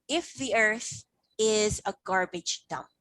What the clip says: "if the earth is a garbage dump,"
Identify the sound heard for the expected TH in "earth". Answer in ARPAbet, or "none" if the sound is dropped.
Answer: TH